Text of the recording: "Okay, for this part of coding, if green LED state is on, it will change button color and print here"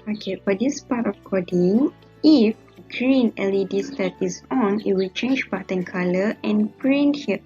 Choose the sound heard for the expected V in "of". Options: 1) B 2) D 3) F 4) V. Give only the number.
3